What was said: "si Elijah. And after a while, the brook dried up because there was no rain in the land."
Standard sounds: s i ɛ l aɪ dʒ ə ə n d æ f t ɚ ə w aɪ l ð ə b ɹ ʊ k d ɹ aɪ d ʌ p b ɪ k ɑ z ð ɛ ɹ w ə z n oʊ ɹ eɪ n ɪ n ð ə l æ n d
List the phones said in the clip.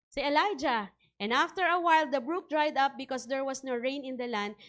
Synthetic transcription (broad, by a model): s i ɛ l aɪ dʒ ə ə n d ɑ f t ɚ ə w aɪ l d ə b ɹ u k d ɹ aɪ d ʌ p b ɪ k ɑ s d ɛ ɹ w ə s n oʊ ɹ eɪ n ɪ n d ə l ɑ n d